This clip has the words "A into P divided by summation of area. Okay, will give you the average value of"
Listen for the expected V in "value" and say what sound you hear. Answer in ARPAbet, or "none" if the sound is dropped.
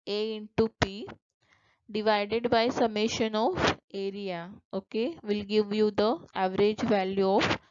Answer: V